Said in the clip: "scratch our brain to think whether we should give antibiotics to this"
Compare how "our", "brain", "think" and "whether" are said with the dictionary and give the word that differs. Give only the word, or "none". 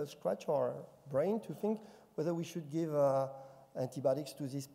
none